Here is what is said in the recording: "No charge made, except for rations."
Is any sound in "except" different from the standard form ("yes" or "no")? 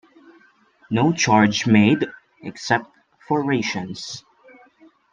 no